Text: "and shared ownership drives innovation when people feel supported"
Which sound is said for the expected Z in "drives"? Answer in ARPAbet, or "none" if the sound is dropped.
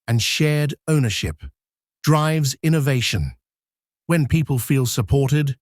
Z